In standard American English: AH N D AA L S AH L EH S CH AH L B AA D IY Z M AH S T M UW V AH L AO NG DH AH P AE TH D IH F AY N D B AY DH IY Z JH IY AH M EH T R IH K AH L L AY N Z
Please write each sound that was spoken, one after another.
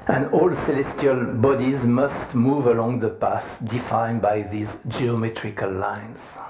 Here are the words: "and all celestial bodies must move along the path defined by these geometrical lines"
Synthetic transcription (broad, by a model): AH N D AA L S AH L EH S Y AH L B AA D IY Z M AH S T M UW V AH L AO NG DH AH P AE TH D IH F AY N B AY DH IY Z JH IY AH M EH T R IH K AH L L AY N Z